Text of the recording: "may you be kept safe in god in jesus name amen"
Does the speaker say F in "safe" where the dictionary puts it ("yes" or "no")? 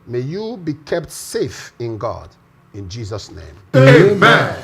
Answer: yes